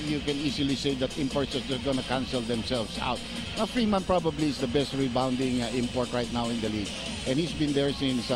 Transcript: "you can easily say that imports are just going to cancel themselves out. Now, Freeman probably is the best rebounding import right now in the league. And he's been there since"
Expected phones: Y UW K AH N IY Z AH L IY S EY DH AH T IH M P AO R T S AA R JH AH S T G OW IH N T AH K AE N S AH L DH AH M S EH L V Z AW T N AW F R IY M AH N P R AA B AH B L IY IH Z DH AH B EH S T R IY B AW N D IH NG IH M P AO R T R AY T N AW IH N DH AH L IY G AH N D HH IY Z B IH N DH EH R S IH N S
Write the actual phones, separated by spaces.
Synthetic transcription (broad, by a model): Y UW K AH N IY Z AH L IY S EY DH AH T IH M P AO R T S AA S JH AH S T G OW N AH K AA N S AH L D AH M S EH L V S AW T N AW F R IY M AH N P R AA B AH B L IY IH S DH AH B EH S T R IY B AW N D IH NG IH M P AO R T R AY T N AW IH N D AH L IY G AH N HH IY S B IH N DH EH R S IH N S